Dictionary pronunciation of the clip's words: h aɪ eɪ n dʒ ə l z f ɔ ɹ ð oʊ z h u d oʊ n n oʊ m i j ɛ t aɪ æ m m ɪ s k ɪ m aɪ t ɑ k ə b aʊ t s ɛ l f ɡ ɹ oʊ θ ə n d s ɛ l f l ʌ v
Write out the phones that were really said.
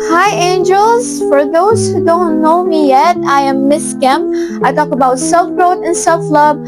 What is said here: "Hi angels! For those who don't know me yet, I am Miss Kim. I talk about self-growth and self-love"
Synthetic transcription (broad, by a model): h aɪ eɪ n dʒ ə l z f ɔ ɹ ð oʊ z h u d oʊ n n oʊ m i j ɛ t aɪ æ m m ɪ s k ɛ m aɪ t ɑ k ə b aʊ t s ɛ l f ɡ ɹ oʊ t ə n s ɛ l f l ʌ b